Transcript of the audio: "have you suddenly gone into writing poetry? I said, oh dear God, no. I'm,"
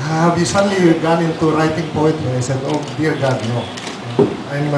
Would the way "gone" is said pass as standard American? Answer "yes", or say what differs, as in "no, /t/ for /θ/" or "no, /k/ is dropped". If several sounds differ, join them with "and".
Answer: yes